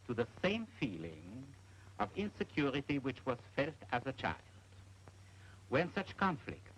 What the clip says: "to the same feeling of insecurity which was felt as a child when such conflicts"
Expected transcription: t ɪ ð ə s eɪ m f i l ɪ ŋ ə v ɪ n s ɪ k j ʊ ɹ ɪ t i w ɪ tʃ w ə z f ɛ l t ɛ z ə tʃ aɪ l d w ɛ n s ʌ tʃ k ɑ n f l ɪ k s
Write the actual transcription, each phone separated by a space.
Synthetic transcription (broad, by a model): t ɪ ð ə s eɪ m f i l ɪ ŋ ə v ɪ n s ɪ k j ʊ ɹ ɪ t i w ɪ tʃ w ə z f ɛ l t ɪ z ə tʃ aɪ l d w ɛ n s ʌ tʃ k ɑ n f l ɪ k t